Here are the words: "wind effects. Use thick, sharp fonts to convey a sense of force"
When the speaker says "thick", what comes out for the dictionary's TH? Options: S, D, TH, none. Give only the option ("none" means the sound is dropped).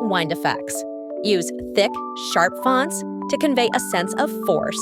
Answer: TH